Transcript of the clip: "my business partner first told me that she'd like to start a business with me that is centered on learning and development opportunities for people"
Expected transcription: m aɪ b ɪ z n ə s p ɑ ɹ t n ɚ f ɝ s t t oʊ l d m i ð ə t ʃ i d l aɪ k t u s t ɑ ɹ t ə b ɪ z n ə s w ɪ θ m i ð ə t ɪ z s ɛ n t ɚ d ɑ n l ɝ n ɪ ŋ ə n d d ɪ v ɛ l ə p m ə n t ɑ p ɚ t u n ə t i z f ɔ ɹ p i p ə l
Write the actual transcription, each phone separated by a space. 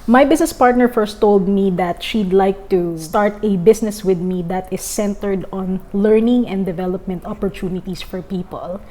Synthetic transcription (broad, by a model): m aɪ b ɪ s n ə s p ɑ ɹ t n ɚ f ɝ s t t oʊ l d m i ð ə t ʃ i d l aɪ k t u s t ɑ ɹ t ə b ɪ s n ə s w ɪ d m i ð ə t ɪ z s ɛ n t ɚ d ɑ n l ɝ n ɪ ŋ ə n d d ɪ v ɛ l ə p m ə n t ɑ p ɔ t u n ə t i s f ɔ ɹ p i p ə l